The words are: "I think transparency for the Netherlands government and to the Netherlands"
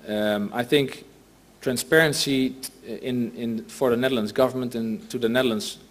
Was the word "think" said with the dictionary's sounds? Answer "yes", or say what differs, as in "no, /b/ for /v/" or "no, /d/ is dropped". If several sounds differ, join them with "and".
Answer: yes